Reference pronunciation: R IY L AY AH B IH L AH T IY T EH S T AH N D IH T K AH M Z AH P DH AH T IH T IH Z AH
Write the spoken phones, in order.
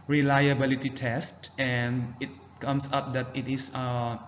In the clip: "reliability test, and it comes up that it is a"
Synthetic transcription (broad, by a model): R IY L AY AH B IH L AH T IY T EH S T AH N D IH T K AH M S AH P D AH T IH T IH S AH